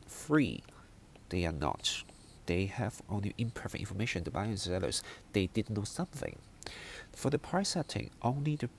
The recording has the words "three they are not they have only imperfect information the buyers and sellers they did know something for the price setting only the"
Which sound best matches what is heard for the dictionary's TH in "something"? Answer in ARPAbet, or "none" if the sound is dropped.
TH